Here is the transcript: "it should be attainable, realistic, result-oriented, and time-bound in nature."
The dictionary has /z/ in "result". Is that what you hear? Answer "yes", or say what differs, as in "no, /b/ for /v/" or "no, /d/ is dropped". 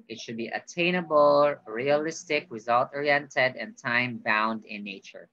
yes